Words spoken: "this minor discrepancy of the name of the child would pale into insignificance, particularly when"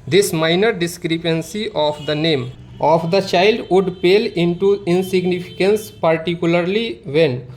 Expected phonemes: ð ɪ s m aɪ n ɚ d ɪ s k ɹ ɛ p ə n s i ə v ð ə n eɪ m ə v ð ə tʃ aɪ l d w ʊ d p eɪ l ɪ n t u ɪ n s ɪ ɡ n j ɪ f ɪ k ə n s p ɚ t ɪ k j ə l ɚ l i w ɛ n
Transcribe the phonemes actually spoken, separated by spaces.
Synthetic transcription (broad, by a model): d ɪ s m aɪ n ɚ d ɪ s k ɹ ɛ p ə n s i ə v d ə n eɪ m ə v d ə tʃ aɪ l d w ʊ d p eɪ l ɪ n t u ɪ n s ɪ ɡ n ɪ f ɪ k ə n s p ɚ t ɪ k j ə l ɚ l i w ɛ n